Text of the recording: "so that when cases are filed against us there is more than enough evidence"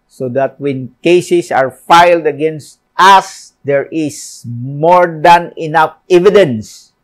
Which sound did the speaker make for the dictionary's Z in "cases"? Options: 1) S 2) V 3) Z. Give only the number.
1